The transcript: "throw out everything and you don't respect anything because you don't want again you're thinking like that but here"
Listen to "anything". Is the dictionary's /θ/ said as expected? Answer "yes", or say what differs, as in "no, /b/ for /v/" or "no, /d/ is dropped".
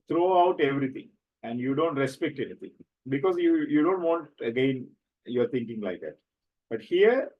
no, /t/ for /θ/